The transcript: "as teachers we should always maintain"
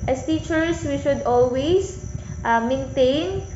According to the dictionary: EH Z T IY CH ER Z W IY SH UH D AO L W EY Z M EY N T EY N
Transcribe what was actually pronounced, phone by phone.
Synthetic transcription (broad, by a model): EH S T IY CH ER S W IY SH UH D AO L W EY S M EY N T EY N